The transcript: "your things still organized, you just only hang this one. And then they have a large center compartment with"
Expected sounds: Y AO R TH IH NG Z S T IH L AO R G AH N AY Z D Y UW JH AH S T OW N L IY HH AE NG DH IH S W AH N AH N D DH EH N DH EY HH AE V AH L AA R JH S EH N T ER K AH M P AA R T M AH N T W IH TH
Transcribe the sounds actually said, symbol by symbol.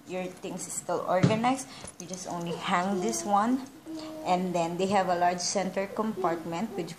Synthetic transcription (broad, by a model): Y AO R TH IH NG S S T IH L AO R G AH N AY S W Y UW JH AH S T OW N L IY HH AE NG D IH S W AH N AH N D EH N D EY HH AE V AH L AA R JH S EH N T ER K AH M P AA R T M AH N T W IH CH